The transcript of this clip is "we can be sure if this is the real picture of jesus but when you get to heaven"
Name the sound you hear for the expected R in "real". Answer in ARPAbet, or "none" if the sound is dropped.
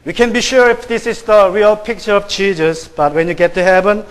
R